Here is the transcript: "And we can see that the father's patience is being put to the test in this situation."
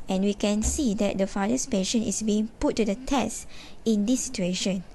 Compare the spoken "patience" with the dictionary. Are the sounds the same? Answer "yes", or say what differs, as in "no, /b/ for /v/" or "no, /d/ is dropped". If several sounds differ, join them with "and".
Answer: no, /s/ is dropped